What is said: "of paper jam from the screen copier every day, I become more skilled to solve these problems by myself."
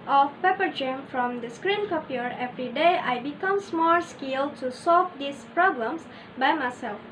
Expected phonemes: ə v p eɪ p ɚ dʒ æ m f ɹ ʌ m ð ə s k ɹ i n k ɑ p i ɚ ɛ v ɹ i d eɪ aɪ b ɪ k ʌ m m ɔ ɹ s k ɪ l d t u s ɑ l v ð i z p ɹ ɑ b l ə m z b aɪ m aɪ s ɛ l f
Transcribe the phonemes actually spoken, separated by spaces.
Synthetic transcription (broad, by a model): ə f p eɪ p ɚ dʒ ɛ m f ɹ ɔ m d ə s k ɹ i n k ɑ p i ɚ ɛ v ɹ i d eɪ aɪ b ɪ k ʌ m m ɔ l s k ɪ l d t u s ɑ l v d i s p ɹ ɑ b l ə m s b aɪ m aɪ s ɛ l f